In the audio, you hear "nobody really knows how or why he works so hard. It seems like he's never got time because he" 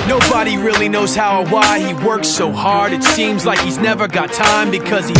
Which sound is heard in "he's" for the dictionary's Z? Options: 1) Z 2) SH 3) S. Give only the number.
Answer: 1